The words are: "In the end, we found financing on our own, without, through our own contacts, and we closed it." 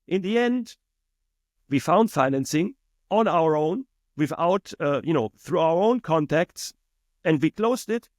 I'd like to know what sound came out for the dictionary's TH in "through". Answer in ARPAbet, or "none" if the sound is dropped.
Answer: TH